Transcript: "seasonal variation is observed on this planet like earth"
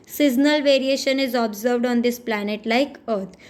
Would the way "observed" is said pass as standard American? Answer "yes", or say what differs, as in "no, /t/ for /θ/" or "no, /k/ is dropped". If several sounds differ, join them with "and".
yes